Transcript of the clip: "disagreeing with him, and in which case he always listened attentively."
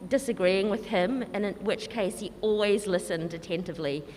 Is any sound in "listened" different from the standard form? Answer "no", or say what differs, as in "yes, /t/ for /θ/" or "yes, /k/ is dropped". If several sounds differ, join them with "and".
no